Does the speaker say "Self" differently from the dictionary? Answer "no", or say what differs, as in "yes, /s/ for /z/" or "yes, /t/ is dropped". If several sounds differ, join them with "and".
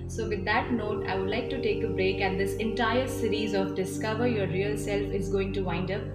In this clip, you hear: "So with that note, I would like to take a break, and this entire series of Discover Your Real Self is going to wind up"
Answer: no